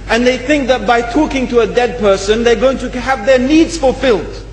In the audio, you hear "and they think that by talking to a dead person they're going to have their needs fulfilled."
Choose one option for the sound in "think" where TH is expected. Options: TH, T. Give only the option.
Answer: TH